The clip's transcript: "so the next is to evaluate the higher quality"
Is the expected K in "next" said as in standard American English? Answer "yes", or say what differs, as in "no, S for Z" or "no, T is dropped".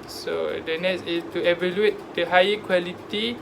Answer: no, K is dropped